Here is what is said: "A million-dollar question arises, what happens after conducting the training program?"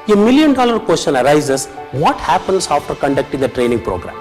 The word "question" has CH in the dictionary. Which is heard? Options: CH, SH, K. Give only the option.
SH